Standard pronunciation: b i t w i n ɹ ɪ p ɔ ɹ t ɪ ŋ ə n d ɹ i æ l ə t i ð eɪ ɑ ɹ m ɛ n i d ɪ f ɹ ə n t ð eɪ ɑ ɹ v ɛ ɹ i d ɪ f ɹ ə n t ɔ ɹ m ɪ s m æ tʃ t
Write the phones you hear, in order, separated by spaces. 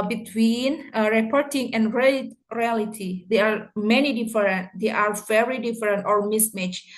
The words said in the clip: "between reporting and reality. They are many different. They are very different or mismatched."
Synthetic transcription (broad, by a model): b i t w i n ɹ ɪ p ɔ ɹ t ɪ ŋ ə n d ɹ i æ l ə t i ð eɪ ɑ ɹ m ɛ n i d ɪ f ɹ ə n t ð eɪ ɑ ɹ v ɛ ɹ i d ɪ f ɹ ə n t ɔ ɹ m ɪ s m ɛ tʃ